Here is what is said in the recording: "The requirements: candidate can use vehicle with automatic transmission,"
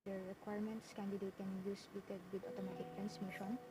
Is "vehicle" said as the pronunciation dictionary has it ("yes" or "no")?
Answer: no